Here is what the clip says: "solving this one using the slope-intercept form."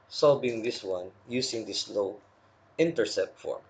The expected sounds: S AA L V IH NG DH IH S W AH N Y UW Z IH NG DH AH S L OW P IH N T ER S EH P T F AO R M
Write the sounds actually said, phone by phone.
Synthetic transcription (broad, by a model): S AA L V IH NG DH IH S W AH N Y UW S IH NG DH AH S L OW IH N T ER S EH P T F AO R